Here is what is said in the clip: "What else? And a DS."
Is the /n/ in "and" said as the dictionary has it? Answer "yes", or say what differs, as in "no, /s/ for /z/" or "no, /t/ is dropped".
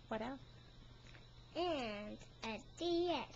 yes